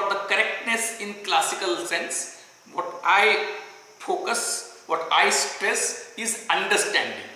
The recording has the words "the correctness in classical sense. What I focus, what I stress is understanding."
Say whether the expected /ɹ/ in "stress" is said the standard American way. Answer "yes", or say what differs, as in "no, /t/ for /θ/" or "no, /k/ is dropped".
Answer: yes